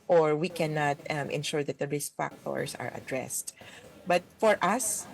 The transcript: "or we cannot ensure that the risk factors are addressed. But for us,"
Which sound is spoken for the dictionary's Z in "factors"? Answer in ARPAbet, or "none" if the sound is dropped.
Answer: S